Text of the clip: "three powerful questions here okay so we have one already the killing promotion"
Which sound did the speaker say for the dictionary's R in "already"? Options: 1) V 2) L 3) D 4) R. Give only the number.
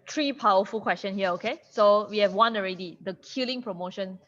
4